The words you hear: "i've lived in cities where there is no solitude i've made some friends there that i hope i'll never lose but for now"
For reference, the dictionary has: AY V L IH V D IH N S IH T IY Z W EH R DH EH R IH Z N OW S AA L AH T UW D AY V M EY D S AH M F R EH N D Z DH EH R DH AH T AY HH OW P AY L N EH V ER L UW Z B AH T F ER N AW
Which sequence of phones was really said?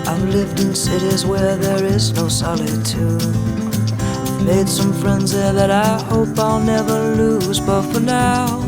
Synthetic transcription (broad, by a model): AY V L IH V D IH N S IH T IY Z W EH R DH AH R IH Z N OW S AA L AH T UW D M EY D S AH M F R EH N D Z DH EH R DH AH T AY HH OW P AY L N EH V ER L UW Z B AH T F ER N AW